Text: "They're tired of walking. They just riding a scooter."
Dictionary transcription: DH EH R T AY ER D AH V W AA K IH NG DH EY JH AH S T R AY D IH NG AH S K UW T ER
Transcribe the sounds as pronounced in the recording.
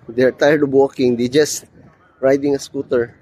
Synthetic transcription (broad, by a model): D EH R T AY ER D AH B W AA K IH NG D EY JH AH S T R AY D IH NG AH S K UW T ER